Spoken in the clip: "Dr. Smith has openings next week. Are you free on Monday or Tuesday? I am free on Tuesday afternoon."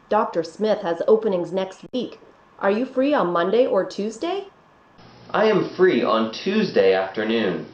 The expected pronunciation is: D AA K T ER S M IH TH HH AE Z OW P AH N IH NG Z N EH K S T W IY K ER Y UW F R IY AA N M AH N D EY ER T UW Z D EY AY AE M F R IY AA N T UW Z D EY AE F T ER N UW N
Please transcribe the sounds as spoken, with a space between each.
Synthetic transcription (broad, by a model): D AA K T ER S M IH TH HH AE Z OW P AH N IH NG Z N EH K S T W IY K ER Y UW F R IY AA N M AH N D EY ER T UW Z D EY AY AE M F R IY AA N T UW Z D EY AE F T ER N UW N